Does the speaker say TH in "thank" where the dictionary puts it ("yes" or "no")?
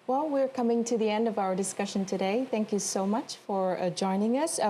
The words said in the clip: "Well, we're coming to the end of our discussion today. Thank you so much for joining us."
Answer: yes